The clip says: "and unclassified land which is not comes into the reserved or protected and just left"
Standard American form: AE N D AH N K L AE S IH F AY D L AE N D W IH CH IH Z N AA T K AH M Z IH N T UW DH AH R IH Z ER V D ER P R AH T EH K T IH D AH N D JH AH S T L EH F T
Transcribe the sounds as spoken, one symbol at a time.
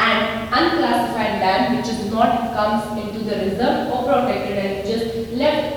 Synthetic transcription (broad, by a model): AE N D AH N K L AE S IH F AY D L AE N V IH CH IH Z N AA T K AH M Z IH N T UW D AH R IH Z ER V AO P R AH T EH K T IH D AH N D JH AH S L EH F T